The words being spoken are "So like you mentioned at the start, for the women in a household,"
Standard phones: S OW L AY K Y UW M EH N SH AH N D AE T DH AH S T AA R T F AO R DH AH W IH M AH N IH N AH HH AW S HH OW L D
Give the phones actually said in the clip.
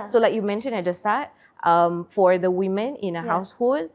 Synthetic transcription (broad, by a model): S OW L AY K Y UW M EH N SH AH N EH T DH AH S T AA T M F AO R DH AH W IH M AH N IH N AH HH AW S HH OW L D